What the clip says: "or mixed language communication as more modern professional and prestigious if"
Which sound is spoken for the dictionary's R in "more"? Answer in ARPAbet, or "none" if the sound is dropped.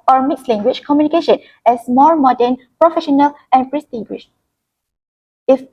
L